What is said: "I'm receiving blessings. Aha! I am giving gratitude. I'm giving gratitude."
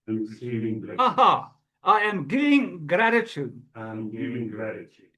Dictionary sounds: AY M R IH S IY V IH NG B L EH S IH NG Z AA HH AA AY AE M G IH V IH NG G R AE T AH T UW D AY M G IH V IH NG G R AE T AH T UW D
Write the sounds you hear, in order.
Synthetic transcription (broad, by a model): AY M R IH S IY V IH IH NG AA HH AA AY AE M G IH V IH NG G R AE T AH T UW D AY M G IH V IH NG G R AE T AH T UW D